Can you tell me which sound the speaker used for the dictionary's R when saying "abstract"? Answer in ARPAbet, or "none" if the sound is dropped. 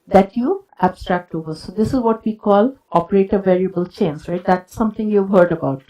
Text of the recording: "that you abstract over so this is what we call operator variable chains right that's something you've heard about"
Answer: R